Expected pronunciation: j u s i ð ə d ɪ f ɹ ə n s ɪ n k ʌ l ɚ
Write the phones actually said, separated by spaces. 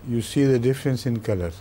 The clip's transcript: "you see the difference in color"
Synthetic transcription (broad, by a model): j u s i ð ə d ɪ f ɹ ə n s ɪ n k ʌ l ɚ